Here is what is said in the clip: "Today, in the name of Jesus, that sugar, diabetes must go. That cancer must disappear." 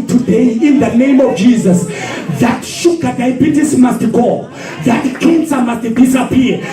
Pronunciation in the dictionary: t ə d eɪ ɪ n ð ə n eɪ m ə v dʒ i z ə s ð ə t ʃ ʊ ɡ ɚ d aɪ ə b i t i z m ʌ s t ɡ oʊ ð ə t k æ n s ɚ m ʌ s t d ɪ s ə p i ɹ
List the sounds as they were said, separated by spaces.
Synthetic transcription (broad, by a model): t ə d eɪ ɪ n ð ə n eɪ m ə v dʒ i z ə s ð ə t ʃ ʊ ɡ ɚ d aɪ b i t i s m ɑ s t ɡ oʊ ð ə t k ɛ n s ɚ m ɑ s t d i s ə p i